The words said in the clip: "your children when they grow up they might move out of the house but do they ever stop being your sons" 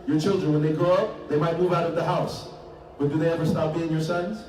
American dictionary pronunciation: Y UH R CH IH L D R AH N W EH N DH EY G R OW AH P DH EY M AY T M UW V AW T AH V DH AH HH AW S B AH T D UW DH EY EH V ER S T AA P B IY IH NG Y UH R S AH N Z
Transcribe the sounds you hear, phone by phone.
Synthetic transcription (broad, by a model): Y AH R CH IH L D R AH N W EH N DH EY G R OW AH P DH EY M AY T M UW V AW T AH V DH AH HH AW S B AH T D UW DH EY EH V ER S T AA P B IY IH NG Y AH R S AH N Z